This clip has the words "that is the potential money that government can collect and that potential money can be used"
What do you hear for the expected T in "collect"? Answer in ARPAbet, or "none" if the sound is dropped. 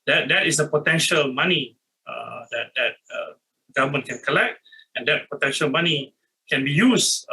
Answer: T